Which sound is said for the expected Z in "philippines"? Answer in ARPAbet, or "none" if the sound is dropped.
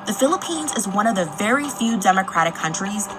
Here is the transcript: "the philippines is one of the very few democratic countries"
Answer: Z